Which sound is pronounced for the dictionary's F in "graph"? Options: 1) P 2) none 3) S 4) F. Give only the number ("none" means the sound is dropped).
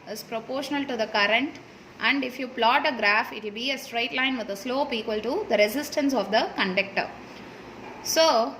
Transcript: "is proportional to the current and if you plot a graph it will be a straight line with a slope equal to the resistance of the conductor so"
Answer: 4